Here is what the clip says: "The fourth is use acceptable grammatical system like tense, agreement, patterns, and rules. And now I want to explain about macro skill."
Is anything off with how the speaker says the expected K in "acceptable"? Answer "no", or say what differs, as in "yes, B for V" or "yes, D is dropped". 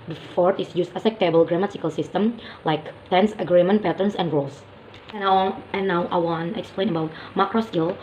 yes, K is dropped